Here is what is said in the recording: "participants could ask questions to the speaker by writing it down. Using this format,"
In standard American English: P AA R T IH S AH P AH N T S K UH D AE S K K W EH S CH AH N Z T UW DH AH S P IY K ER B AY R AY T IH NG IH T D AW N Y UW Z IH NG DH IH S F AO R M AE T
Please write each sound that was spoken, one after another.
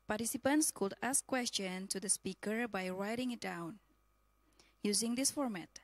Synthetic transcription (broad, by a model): P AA R T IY S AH P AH N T S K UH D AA S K K W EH S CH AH N T UW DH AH S P IY K ER B AY R AY T IH NG IH T D AW N Y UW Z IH NG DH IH S F AO R M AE T